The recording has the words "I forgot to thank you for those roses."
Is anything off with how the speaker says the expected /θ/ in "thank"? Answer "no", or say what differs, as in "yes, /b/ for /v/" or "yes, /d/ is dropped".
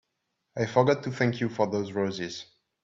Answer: no